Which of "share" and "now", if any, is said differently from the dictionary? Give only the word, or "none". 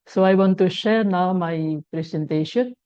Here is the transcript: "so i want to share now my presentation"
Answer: none